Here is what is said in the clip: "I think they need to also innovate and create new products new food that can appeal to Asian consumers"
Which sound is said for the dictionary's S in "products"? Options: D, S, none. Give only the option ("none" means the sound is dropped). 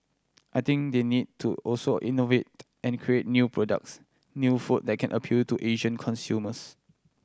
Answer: S